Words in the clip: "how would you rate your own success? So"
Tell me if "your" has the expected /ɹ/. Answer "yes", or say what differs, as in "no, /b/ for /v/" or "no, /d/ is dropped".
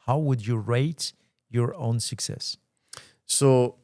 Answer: yes